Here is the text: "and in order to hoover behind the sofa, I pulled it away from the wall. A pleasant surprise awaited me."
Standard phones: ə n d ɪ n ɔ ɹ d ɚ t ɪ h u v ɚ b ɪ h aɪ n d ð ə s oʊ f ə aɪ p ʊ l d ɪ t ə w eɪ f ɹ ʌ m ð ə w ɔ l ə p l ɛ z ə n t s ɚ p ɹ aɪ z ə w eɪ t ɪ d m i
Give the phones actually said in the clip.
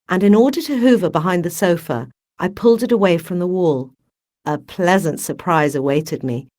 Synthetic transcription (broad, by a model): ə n ɪ n ɔ ɹ d ɚ t ɪ h u v ɚ b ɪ h aɪ n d ð ə s oʊ f ə aɪ p ʊ l d ɪ t ə w eɪ f ɹ ʌ m ð ə w ɔ l ə p l ɛ z ə n t s ɚ p ɹ aɪ z ə w eɪ t ɪ d m i